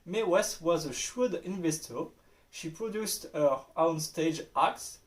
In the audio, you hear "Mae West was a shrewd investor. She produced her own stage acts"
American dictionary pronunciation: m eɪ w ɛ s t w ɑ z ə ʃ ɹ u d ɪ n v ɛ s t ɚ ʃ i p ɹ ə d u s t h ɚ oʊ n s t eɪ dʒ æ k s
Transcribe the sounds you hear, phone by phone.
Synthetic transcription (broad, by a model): m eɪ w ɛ s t w ɑ z ə ʃ u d ɪ n v ɛ s t ɚ ʃ i p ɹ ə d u s t h ɚ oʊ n s t eɪ dʒ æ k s